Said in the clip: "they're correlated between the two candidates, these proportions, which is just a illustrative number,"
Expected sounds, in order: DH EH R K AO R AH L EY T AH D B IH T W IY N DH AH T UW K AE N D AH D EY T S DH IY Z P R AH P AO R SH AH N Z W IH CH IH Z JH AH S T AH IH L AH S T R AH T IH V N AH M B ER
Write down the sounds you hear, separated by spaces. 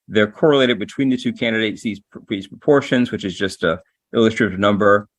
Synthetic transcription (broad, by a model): DH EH R K AO R AH L EY T AH D B IH T W IY N DH AH T UW K AE N D AH D EY T S DH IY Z P R AH P AO R SH AH N Z W IH CH IH Z JH AH S T AH IH L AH S T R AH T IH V N AH M B ER